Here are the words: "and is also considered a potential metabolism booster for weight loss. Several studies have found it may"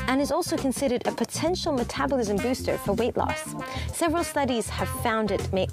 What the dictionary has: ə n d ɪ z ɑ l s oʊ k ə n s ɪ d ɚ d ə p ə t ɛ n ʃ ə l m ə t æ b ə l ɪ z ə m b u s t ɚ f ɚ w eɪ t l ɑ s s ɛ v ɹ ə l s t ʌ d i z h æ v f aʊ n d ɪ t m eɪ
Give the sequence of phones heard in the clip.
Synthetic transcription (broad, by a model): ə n ɪ z ɑ l s oʊ k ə n s ɪ d ɚ d ə p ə t ɛ n ʃ l m ə t æ b ə l ɪ z ə m b u s t ɚ f ɚ w eɪ t l ɑ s s ɛ v ɹ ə l s t ʌ d i z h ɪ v f aʊ n d ɪ t m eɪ